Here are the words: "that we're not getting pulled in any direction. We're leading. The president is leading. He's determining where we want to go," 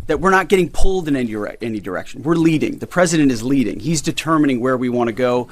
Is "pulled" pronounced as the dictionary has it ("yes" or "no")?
yes